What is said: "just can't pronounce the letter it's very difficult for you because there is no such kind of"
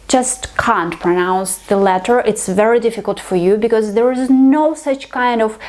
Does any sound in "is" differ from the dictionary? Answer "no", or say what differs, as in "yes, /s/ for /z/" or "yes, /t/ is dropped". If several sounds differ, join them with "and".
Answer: no